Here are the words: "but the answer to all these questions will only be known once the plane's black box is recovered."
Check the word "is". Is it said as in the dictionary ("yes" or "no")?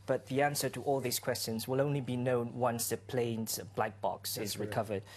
yes